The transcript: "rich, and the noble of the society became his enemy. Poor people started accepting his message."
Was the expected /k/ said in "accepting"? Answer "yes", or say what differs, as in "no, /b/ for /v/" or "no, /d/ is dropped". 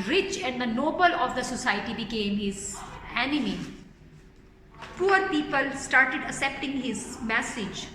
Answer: no, /k/ is dropped